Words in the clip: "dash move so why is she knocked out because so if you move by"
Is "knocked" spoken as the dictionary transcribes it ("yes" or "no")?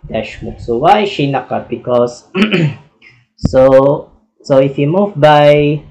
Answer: no